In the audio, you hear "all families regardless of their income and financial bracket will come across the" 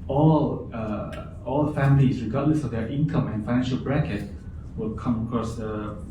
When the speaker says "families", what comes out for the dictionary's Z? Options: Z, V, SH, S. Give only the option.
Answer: S